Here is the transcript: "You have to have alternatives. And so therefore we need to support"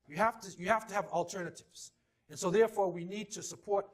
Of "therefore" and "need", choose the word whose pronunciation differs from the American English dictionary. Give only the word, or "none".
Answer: none